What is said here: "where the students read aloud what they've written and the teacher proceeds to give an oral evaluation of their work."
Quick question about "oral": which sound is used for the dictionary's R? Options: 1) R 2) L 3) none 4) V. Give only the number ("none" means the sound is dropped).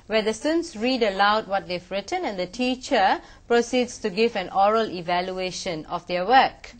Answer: 1